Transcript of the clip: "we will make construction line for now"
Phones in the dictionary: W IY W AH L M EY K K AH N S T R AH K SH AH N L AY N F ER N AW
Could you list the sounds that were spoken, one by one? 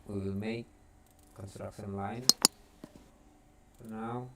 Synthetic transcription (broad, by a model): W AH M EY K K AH N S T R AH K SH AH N L AY N P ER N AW